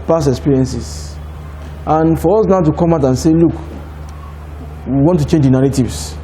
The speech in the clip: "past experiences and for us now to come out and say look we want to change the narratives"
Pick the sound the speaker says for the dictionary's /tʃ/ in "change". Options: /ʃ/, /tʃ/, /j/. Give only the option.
/tʃ/